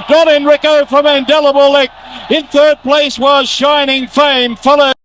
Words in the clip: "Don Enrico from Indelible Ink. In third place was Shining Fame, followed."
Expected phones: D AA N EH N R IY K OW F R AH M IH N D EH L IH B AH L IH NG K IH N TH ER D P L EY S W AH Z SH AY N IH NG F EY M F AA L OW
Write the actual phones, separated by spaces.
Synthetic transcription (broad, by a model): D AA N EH N R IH K OW F R AH M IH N D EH L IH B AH L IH K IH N TH ER D P L EY S W AH Z SH AY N IH NG F EY M F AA L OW